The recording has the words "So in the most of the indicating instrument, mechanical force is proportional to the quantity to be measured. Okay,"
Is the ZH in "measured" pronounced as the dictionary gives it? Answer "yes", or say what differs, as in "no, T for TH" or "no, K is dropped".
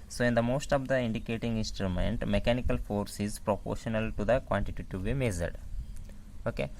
no, Z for ZH